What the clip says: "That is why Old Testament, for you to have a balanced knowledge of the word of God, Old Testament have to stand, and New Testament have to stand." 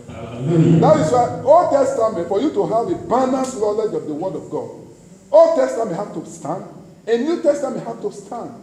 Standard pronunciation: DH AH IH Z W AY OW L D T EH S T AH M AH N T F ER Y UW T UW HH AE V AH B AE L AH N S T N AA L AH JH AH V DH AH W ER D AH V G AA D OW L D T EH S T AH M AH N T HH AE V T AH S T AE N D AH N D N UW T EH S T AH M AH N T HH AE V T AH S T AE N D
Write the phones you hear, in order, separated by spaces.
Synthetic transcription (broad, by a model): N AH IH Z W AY OW L D T EH S T AH M AH N T F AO Y UW T UW HH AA V AH B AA N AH S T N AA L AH JH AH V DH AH W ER D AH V G AA D OW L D T EH S T AH M AH N T HH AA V T AH S T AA N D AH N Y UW T EH S T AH M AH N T HH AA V T AH S T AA N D